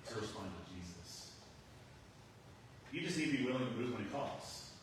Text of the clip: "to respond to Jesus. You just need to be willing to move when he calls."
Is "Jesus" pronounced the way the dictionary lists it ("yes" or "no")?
yes